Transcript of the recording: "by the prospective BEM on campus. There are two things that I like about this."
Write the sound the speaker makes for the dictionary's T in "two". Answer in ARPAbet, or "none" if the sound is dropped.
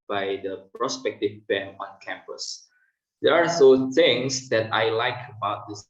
S